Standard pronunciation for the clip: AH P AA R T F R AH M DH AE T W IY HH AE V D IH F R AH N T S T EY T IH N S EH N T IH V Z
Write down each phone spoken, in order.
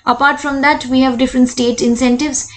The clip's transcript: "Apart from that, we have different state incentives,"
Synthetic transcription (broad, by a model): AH P AA R T F R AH M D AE T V IY HH AE V D IH F R AH N T S T EY T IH N S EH N T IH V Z